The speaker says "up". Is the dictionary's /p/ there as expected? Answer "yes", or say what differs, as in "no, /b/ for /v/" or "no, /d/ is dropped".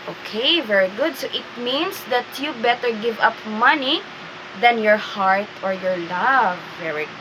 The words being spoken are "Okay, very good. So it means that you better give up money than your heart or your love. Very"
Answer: yes